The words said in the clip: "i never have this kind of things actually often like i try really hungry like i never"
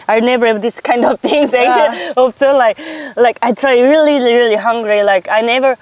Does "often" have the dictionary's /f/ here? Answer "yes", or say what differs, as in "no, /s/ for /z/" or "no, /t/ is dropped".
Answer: no, /f/ is dropped